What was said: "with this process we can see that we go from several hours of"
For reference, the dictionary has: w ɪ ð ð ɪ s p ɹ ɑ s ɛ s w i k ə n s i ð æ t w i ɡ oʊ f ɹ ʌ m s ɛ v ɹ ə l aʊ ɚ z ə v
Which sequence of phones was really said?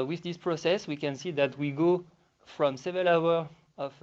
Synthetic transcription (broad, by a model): w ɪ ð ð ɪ s p ɹ ɑ s ɛ s w i k ə n s i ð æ t w i ɡ oʊ f ɹ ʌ m s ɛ v ə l aʊ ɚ ə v